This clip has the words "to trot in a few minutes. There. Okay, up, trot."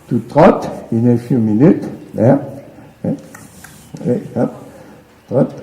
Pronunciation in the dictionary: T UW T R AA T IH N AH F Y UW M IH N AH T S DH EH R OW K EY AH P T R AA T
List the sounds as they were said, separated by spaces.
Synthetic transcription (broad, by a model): T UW T R AA T IH N AH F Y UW M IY N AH T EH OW EY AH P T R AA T